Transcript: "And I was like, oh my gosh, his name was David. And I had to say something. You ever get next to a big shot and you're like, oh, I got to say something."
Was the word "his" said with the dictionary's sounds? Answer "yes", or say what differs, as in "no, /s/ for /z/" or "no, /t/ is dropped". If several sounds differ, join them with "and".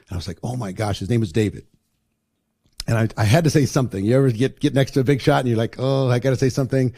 yes